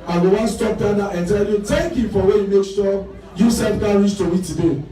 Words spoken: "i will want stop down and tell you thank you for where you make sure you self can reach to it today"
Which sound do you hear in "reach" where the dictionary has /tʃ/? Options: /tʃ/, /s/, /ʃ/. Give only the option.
/s/